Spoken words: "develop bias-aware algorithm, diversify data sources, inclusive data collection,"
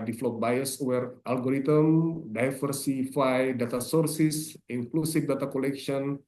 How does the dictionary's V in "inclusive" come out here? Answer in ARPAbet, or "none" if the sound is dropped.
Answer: F